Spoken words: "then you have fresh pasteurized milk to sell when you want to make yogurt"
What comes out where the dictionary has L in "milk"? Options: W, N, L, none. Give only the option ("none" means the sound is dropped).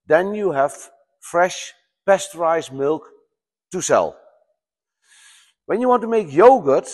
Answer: L